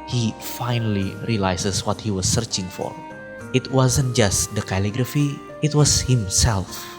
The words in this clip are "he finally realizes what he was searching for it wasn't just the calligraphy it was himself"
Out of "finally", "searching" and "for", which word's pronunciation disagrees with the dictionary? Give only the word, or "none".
none